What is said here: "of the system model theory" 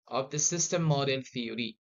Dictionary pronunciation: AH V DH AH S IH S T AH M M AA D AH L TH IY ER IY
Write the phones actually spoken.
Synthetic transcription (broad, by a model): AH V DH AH S IH S T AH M M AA D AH N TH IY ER IY